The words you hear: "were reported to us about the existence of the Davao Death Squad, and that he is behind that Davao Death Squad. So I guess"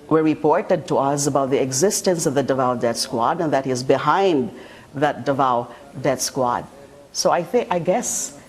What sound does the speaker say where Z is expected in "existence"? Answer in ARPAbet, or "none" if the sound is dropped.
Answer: Z